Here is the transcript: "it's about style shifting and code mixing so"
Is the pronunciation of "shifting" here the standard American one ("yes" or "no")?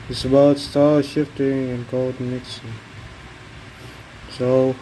yes